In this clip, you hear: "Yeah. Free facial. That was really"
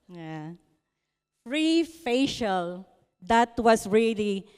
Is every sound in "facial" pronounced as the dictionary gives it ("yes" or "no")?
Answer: yes